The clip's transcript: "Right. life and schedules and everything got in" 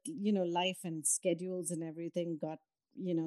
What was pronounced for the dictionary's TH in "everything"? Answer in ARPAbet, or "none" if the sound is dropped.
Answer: T